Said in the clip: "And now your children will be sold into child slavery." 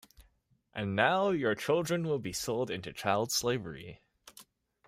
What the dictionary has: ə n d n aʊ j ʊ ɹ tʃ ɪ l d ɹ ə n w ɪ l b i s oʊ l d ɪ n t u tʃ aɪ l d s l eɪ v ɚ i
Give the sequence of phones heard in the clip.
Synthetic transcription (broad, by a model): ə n n aʊ j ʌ ɹ tʃ ɪ l d ɹ ə n w ɪ l b i s oʊ l d ɪ n t u tʃ aɪ l d s l eɪ v ɚ i